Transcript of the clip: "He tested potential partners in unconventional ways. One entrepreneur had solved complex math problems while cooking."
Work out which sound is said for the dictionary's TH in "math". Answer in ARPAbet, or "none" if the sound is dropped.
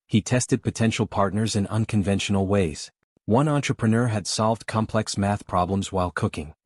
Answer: TH